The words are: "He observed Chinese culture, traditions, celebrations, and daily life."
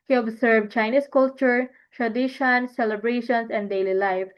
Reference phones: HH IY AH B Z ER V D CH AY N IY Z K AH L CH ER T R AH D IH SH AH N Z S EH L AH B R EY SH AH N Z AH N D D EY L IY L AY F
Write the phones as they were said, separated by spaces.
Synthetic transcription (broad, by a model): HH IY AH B S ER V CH AY N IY S K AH L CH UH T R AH D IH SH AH N S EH L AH B R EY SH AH N S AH N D D EY L IY L AY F